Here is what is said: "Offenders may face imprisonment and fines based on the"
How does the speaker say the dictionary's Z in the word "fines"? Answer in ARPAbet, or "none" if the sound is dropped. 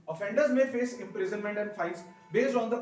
S